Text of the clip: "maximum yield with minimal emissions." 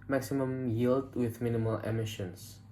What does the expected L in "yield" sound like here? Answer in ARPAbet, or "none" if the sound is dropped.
L